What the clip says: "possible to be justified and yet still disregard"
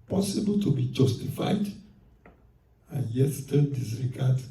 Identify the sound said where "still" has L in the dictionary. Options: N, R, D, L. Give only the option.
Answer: N